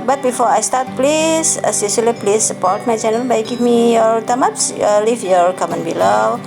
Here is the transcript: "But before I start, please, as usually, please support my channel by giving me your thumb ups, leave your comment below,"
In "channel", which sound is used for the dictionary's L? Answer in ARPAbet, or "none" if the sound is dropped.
N